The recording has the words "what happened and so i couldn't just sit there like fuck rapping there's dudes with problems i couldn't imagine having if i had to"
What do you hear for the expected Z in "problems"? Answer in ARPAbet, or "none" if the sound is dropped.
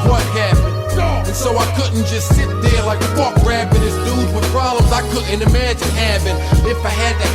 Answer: Z